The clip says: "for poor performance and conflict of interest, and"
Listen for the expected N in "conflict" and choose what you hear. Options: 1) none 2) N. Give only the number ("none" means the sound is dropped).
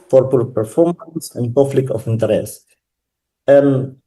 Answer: 1